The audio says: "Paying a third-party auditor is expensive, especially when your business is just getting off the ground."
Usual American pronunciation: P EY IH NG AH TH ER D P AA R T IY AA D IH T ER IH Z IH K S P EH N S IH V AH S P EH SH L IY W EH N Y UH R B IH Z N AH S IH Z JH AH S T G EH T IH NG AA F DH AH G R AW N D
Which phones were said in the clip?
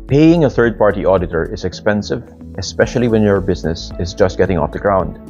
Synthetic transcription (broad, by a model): P EY IH NG AH TH ER D P AA R T IY AA D IH T ER IH Z IH K S P EH N S IH V AH S P EH SH L IY W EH N Y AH R B IH Z N AH S IH Z JH AH S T G EH T IH NG AA F DH AH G R AW N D